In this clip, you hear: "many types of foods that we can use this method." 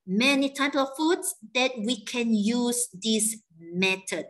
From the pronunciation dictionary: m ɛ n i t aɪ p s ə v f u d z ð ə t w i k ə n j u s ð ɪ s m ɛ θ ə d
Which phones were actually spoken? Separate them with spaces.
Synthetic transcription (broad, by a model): m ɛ n i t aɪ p ə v f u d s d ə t w i k ə n j u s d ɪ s m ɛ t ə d